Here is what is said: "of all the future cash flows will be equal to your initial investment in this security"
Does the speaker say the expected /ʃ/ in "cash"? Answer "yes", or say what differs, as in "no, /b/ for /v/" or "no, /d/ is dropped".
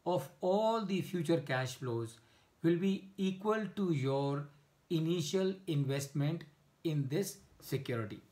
yes